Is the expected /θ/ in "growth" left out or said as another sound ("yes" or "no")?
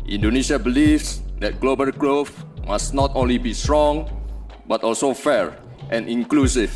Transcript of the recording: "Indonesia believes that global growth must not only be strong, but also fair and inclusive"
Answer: yes